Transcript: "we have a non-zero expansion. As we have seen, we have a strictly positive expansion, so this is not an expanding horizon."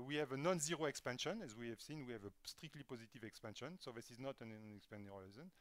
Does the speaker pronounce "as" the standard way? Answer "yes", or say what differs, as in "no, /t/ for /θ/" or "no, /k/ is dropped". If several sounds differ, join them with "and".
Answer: yes